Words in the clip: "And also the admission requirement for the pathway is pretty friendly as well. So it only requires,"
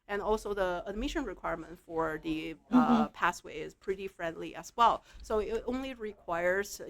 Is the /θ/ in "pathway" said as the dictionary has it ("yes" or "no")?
no